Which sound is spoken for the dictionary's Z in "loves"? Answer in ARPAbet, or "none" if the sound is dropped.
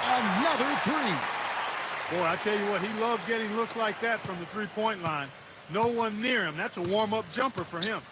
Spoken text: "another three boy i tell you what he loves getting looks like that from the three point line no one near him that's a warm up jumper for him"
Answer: Z